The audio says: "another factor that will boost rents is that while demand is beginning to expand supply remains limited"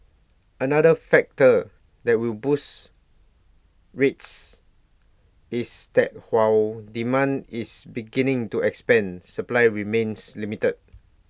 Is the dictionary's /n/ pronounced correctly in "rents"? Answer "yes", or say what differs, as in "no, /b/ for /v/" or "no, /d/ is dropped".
no, /n/ is dropped